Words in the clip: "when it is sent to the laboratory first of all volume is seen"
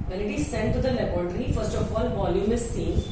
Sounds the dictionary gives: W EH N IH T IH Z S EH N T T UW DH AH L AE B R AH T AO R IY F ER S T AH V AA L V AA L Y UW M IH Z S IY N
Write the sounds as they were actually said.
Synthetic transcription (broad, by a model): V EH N IH T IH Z S EH N T T UW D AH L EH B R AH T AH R IY F ER S T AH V AA L V AA L Y UW M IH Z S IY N